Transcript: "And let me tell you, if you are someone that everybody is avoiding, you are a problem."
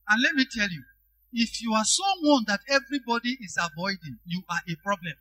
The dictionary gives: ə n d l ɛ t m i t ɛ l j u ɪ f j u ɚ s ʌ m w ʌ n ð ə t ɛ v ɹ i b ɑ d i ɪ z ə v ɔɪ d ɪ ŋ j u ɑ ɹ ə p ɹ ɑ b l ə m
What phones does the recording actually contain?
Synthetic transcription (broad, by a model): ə n l ɛ t m i t ɛ l j u ɪ f j u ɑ s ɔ w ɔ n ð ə t ɛ v ɹ i b ɑ d i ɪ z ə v ɔɪ d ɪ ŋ j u ɑ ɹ ə p ɹ ɑ b l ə m